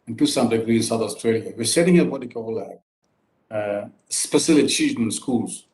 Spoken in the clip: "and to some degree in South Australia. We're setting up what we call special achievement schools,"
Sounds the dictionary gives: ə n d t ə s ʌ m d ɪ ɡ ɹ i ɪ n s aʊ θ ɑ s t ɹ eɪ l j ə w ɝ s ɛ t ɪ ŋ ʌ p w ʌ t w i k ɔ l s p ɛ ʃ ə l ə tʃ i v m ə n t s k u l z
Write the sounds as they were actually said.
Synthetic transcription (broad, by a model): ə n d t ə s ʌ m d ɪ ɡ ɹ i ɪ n s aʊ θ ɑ s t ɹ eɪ l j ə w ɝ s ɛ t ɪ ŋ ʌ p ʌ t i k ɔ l s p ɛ s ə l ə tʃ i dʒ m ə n s k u l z